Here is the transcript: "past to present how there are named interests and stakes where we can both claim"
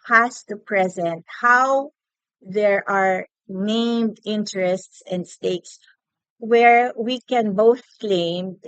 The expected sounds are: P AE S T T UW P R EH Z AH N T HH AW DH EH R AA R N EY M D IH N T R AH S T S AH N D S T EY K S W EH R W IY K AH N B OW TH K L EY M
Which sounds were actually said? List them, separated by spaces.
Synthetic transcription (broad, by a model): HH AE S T T UW P R EH Z AH N T HH AW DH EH R AA R N EY M D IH N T R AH S T S AH N D S T EY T S W EH R W IY K AH N B OW TH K L EY M